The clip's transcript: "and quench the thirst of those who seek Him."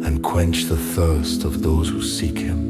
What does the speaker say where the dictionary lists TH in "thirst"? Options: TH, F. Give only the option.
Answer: TH